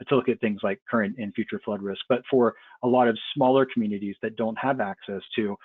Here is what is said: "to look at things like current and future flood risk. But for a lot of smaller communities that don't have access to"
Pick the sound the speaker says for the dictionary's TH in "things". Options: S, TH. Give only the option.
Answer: TH